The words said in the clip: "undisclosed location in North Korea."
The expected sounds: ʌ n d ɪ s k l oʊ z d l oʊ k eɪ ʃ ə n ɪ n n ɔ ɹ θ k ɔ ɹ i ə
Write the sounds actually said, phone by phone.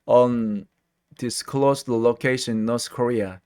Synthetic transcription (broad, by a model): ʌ n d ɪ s k l oʊ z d l oʊ k eɪ ə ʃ ɪ n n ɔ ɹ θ k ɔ ɹ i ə